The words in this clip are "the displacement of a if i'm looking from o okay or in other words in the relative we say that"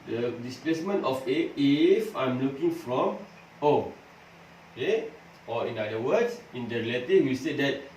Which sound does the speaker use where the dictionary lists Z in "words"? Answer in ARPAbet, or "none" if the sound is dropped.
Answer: S